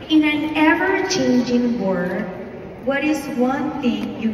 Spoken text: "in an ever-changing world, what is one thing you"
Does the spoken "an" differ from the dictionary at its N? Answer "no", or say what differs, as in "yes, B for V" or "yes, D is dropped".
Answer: no